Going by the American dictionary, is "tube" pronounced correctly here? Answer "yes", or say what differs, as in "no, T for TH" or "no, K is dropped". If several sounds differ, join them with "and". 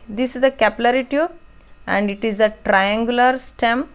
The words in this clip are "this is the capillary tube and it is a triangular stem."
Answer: no, B is dropped